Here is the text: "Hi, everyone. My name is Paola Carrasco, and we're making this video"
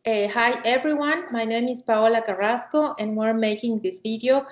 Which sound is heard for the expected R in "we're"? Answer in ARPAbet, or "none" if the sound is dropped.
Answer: R